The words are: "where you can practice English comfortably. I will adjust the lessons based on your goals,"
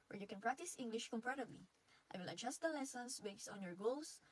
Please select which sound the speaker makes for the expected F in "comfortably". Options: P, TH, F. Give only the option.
P